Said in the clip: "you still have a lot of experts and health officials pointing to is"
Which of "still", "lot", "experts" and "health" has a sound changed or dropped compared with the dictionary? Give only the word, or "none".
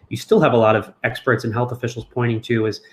none